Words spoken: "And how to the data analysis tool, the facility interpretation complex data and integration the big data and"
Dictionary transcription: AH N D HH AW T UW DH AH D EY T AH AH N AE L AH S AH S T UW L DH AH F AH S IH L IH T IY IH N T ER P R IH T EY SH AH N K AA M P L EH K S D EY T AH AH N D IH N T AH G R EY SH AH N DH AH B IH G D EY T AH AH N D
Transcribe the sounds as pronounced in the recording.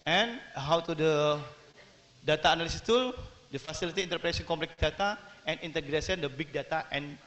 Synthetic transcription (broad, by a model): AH N HH AW T UW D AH D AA T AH N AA L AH S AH S T UW L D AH F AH S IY L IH T IY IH N T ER P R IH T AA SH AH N K AA M P L EH K S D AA T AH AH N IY N T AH G R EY S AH N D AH B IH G D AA T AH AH N